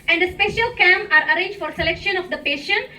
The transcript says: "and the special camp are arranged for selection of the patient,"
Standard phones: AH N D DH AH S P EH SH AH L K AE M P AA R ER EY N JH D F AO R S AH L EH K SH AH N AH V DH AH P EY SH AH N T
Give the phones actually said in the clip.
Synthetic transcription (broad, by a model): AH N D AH S P EH SH AH L K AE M AA R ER EY N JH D F AO R S AH L EH K SH AH N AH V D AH P EY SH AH N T